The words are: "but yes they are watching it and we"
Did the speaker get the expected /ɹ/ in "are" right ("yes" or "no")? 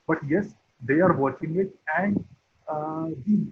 yes